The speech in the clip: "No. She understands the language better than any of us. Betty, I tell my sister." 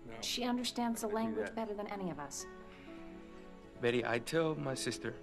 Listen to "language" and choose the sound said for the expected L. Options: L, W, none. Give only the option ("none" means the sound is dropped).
L